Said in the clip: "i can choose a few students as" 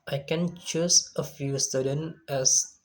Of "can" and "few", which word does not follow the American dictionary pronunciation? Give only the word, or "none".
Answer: none